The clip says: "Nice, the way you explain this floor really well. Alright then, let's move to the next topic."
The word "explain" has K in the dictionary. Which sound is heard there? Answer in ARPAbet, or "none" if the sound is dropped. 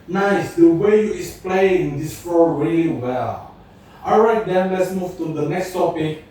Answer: none